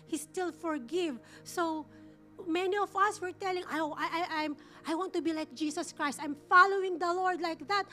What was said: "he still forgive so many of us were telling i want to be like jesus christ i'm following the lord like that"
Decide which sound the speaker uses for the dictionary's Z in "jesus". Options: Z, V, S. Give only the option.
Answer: S